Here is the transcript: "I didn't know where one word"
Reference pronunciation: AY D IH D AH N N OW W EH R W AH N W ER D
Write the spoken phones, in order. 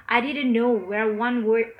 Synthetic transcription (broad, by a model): AY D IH D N N OW W EH R W AH N W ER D